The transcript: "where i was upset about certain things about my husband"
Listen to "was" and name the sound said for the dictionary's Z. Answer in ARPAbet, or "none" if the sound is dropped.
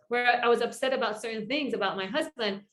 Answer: Z